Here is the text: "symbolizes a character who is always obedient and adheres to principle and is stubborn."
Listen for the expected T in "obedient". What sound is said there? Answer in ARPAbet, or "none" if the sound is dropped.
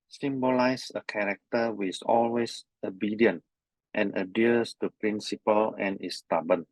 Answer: T